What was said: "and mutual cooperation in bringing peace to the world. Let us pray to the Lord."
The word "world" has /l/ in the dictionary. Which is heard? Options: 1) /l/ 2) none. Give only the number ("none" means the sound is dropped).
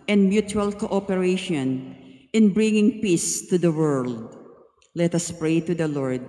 1